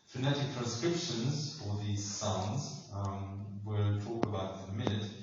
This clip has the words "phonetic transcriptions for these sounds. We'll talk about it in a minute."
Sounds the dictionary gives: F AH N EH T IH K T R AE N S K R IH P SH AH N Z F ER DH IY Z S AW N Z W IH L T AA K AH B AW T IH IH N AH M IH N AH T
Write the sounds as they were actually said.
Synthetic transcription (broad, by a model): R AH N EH T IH K T R AE N S K R IH P SH AH N Z F ER DH IY Z S AW N Z W IH L T AA K AH B AW T IH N AH M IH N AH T